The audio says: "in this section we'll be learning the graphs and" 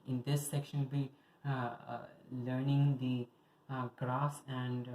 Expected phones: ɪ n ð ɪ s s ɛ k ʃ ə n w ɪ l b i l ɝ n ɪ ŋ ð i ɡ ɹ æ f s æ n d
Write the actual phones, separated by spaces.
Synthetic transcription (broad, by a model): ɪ n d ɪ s s ɛ k ʃ ə n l b i l ɝ n ɪ ŋ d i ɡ ɹ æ s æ n d